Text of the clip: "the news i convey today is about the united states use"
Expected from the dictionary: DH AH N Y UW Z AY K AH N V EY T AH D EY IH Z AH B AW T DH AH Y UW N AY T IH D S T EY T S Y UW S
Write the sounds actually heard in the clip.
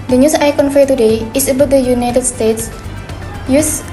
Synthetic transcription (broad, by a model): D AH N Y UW S AY K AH N F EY T AH D EY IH S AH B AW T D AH Y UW N AY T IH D S T EY T S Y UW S